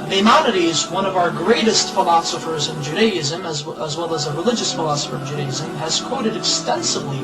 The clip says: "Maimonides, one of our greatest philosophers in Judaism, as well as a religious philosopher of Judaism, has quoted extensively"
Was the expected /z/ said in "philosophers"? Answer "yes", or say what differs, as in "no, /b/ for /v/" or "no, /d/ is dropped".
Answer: yes